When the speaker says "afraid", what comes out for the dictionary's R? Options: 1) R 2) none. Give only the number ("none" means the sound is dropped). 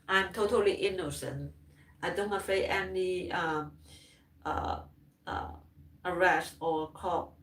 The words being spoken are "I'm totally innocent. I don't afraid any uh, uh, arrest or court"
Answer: 2